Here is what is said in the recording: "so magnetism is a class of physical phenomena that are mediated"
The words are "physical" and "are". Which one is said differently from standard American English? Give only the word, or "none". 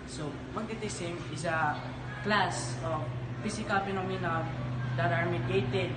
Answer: physical